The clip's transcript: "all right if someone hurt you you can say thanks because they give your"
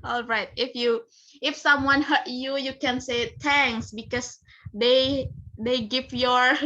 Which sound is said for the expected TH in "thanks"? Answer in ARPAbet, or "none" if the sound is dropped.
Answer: T